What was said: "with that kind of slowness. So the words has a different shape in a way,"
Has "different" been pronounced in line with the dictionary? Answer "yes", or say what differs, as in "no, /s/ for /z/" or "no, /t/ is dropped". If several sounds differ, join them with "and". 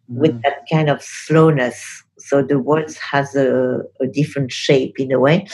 yes